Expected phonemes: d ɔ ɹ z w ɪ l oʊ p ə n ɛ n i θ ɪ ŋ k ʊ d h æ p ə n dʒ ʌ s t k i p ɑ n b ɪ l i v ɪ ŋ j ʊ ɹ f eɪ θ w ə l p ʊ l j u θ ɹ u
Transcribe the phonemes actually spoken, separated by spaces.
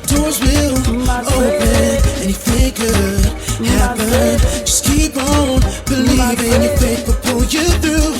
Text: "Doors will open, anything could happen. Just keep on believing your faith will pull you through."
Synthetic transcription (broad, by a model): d ɔ ɹ z w ɪ l oʊ p ə n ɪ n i f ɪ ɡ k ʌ h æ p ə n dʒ ʌ s k i p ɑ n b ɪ l i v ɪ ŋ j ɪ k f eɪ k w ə p ʊ l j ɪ θ ɹ u